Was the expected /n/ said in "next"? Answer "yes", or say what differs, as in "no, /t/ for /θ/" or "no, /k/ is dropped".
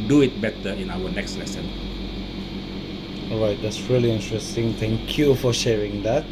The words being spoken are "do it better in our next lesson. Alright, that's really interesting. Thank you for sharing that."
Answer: yes